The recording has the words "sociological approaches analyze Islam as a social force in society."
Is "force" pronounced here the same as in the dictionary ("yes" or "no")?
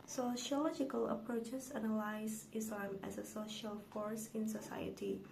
yes